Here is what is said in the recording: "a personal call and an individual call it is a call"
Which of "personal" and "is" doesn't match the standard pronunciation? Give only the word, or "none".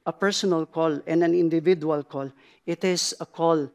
is